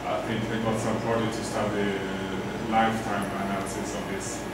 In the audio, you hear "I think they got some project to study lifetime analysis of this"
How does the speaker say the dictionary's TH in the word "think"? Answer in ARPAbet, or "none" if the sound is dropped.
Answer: T